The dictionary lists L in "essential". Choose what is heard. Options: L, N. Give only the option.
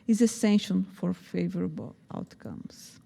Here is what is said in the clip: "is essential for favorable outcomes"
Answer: N